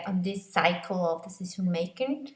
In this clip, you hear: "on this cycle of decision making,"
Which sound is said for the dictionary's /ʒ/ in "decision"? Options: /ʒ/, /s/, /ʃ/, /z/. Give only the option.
/s/